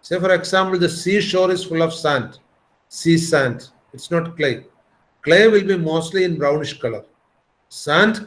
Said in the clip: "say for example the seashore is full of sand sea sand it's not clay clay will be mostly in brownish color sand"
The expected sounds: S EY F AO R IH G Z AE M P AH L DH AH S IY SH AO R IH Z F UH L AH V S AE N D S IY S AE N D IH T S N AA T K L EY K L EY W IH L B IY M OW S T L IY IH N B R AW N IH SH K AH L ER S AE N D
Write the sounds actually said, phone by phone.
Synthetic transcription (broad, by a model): S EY F AO R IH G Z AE M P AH L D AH S IY SH AO R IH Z F UH L AH V S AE N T S IY S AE N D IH T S N AA T K L EY K L EY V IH L B IY M OW S T L IY IH N B R AW N IH SH K AH L ER S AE N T